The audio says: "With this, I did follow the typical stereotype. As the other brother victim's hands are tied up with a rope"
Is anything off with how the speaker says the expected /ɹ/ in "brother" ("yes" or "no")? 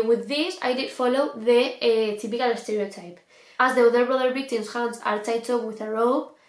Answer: no